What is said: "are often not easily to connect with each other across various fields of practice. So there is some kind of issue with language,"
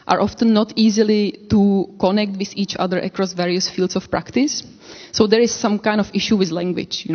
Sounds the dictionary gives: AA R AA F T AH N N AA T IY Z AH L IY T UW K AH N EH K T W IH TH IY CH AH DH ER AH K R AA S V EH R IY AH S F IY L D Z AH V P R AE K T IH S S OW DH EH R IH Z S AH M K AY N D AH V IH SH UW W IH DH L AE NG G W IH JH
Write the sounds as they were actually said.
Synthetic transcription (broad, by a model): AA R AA F T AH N N AA T IY Z AH L IY T UW K AH N EH K T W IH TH IY CH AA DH ER AH K R AA S V EH R IY AH S F IY L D S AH F P R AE K T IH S S OW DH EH R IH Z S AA M K AY N D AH F IH SH UW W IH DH L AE NG G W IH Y